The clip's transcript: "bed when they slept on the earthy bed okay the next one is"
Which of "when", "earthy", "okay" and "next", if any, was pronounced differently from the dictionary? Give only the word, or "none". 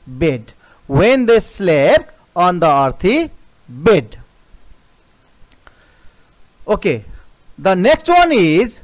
earthy